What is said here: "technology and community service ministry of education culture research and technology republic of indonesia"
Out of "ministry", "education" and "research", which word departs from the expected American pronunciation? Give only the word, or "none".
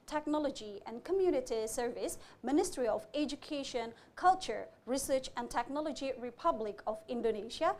none